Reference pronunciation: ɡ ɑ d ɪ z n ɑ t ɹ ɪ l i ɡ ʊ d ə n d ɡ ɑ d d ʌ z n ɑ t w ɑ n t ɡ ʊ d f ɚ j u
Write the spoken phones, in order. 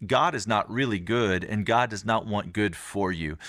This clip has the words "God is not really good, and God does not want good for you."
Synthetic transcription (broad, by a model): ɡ ɑ d ɪ z n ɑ t ɹ ɪ l i ɡ ʊ d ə n ɡ ɑ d d ʌ z n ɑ t w ɑ n ɡ ʊ d f ɚ j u